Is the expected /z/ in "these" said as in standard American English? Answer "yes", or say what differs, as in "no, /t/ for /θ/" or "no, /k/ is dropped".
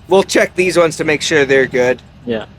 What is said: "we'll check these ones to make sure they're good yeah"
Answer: yes